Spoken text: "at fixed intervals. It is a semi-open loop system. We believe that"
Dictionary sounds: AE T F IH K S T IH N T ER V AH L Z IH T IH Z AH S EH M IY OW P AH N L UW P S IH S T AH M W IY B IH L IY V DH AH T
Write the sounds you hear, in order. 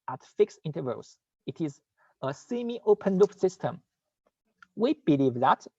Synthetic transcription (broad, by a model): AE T F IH K S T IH N T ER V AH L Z IH T IH Z AH S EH M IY OW P AH N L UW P S IH S T AH M W IY B IH L IY V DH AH T